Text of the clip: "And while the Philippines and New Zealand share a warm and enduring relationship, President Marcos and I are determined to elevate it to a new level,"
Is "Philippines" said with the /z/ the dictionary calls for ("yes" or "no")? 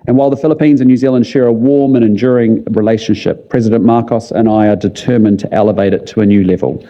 yes